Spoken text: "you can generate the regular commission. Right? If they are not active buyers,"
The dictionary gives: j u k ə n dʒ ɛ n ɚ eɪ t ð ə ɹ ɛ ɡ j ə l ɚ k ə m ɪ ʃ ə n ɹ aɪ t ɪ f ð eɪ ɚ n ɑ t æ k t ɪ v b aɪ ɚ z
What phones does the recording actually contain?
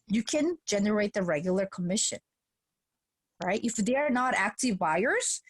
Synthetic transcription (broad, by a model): j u k ə n dʒ ɛ n ɚ eɪ t ð ə ɹ ɛ ɡ j l ɚ k ə m ɪ ʃ ə n ɹ aɪ t ɪ f ð eɪ ɚ n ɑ t æ k t ɪ v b aɪ ɚ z